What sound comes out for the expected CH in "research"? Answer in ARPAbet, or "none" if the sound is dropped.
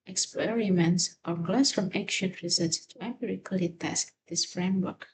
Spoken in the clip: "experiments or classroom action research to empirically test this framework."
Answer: S